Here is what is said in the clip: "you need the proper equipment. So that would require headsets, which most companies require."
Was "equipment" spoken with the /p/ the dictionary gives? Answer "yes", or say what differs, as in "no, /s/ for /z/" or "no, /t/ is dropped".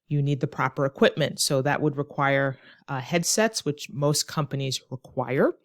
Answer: yes